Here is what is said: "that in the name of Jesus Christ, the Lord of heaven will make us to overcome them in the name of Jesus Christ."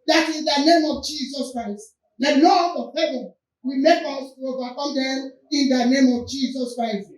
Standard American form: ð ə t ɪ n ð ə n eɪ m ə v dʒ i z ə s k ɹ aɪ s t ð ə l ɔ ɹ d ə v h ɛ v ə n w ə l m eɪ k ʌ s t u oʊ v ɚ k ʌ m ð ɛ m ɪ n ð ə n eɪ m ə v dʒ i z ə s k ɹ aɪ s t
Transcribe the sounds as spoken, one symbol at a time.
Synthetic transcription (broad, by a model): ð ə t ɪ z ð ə n eɪ m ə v dʒ i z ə s k ɹ aɪ s t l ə n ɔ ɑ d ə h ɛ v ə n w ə m eɪ k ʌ s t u oʊ v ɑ k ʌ m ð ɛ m ɪ n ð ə n eɪ m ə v dʒ i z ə s k ɹ aɪ s t